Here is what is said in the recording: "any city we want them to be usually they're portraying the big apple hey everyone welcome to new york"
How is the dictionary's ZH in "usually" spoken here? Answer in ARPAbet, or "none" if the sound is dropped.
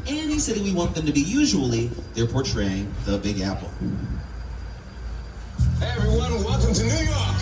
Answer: ZH